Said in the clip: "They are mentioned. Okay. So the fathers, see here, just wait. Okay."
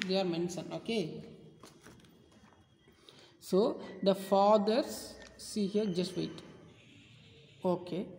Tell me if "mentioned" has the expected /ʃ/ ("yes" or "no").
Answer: no